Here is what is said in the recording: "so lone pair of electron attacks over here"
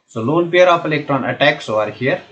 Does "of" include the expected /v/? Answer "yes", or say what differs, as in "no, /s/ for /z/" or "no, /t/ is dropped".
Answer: no, /p/ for /v/